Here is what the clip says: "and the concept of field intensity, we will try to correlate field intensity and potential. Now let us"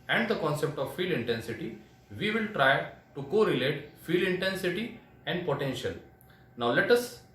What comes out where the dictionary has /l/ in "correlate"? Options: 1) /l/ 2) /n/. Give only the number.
1